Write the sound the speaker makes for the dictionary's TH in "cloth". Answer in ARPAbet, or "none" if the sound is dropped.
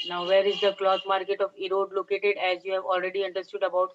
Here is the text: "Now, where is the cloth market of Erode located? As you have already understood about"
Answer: T